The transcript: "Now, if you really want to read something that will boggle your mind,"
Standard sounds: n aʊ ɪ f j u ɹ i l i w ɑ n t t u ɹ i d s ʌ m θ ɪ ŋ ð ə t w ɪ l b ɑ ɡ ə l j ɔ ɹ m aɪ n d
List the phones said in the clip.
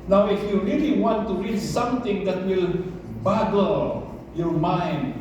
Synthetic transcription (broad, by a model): n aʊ ɪ f j u ɹ i l i w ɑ n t t u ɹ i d s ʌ m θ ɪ ŋ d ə t w ɪ l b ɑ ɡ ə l j ɔ ɹ m aɪ n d